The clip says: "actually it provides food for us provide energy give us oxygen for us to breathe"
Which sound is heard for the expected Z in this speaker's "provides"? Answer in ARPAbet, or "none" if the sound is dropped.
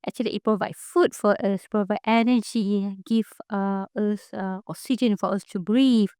none